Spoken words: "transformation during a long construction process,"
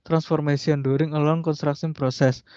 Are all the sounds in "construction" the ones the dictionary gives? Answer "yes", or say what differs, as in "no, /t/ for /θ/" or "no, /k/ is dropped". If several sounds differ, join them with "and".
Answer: no, /s/ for /ʃ/